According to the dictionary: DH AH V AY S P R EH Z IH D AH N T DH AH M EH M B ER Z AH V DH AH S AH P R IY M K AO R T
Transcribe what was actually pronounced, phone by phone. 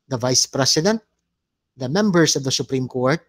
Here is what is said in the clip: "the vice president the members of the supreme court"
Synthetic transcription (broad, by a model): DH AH V AY S P R EH S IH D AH N T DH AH M EH M B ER S AH V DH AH S AH P R IY M K AO R T